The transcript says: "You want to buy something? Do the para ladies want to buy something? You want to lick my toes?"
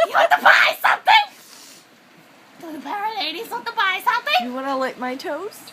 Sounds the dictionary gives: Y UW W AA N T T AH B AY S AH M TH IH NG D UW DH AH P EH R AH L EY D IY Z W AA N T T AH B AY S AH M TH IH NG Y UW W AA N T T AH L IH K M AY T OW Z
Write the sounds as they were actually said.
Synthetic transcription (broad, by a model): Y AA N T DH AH B AY S AH M TH IH NG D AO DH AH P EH R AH N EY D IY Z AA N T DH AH B AY S AH M TH IH NG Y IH W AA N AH L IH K M AY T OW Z